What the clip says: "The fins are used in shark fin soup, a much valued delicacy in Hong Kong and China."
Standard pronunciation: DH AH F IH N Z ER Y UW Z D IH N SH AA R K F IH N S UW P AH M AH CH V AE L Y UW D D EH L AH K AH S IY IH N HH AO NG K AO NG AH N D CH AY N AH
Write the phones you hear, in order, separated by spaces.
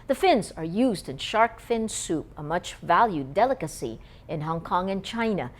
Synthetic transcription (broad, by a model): DH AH F IH N Z ER Y UW Z D IH N SH AA R K F IH N S UW P AH M AH CH V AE L Y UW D D EH L AH K AH S IY IH N HH AO NG K AO NG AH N CH AY N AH